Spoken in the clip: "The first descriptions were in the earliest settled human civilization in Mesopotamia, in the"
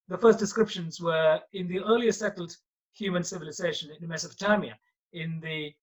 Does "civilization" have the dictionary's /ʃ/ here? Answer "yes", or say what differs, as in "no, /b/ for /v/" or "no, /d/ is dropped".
yes